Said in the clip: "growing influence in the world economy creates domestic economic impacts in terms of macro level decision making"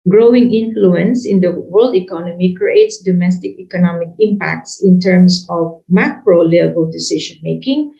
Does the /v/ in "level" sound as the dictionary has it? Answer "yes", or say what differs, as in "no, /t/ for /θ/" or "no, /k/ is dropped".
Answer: no, /b/ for /v/